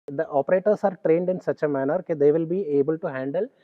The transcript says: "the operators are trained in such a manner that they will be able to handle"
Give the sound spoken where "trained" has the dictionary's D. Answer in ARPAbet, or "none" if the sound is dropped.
D